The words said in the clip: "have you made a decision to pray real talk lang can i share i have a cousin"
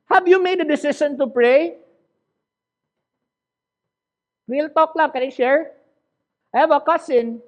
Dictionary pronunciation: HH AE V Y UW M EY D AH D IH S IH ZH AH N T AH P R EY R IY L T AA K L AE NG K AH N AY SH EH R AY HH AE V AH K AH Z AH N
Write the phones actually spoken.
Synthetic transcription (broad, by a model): HH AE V Y UW M EY D AH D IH S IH SH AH N T AH P R EY W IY L T AA K L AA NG K AH N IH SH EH R AY HH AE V AH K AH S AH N